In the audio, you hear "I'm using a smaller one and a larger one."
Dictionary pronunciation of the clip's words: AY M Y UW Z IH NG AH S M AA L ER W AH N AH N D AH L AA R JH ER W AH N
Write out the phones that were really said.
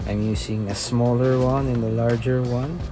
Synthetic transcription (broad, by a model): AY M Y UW S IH NG AH S M AA L ER W AH N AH N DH AH L AA R JH ER W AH N